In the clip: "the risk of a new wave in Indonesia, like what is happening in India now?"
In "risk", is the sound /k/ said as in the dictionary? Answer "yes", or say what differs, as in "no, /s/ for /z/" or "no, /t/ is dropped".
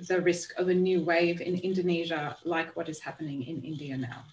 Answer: yes